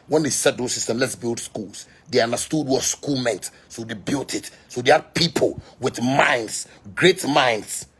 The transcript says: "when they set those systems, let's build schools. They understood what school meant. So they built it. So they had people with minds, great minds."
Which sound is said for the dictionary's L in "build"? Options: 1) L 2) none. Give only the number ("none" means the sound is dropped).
1